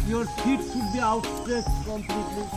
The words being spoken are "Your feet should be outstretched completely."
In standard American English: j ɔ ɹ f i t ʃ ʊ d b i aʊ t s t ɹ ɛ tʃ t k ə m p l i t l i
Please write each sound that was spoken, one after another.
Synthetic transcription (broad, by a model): j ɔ ɹ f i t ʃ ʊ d b i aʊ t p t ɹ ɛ s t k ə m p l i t l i